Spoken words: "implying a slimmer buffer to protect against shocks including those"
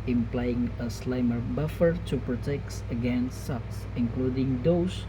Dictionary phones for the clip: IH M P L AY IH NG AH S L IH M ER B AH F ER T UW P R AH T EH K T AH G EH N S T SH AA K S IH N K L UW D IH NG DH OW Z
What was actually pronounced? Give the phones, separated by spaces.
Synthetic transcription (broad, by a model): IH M P L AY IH NG AH S L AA M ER B AH F ER T UW P R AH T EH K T AH G EH N S T S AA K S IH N K L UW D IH NG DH OW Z